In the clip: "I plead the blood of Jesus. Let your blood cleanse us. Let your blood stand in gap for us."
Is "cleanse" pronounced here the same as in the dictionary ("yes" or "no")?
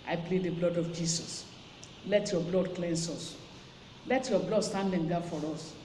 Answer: no